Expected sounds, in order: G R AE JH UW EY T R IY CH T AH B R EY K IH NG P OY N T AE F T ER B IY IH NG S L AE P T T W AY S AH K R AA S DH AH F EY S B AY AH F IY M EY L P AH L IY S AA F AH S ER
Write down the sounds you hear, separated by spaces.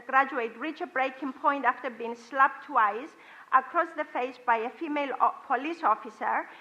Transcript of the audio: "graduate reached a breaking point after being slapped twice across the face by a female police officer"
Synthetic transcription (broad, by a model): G R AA JH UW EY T R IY CH AH B R EY K IH NG P OY N T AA F T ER B IY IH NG S L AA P T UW AY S AH K R AA S DH AH F EY S B AY AH F IY M EY L P AH L IY S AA F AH S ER